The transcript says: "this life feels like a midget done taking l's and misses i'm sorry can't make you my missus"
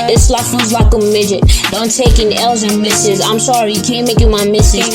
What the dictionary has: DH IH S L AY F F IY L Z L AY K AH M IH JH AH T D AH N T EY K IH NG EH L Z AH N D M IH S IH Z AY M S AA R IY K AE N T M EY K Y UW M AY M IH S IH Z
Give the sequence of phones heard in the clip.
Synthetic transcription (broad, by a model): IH S L AY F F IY Z L AY K AH M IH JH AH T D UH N T EY K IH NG EH L Z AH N M IH S IH Z AY M S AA R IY K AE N M EY K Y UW M AY M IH S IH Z